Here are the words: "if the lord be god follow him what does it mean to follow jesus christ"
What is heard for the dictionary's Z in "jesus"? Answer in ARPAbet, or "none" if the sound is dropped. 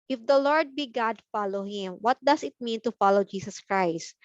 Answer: S